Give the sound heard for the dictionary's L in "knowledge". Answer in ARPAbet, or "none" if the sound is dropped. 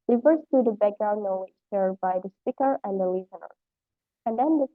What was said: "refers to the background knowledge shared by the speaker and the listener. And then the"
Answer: W